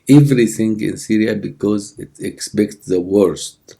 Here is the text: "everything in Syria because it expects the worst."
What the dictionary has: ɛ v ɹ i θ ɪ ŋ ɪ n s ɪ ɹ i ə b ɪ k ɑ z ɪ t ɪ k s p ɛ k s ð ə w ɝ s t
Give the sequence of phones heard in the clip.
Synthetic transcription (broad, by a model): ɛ v ɹ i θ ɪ ŋ ɪ n s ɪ ɹ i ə b ɪ k ɑ z ɪ t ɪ k s p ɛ k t ð ə w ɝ s t